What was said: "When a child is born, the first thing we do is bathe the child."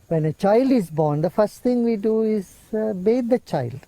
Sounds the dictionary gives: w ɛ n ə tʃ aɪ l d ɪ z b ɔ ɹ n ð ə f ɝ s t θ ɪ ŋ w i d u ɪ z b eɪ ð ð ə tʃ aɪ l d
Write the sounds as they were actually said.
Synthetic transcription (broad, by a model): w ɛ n ə tʃ aɪ l d ɪ z b ɔ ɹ n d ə f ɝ s t t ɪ ŋ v i d u ɪ z b eɪ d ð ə tʃ aɪ l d